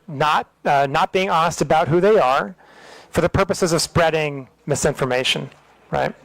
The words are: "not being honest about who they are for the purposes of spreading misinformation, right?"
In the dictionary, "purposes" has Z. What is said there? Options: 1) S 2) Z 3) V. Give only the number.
2